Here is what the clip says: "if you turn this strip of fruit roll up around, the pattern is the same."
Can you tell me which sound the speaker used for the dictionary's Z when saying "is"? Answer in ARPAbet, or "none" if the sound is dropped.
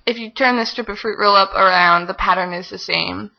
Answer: Z